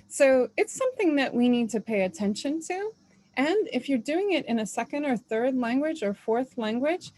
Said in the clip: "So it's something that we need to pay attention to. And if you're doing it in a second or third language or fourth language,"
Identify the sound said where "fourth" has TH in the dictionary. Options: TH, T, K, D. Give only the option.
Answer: TH